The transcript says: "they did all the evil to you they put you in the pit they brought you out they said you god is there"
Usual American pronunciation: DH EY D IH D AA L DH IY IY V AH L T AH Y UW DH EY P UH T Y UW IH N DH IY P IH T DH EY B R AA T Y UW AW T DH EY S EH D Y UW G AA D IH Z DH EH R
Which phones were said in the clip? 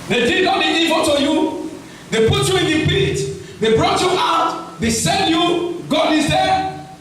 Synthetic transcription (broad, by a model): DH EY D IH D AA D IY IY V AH N T AH Y UW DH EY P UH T Y UW IH N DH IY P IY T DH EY B R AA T Y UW AW T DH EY S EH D Y UW G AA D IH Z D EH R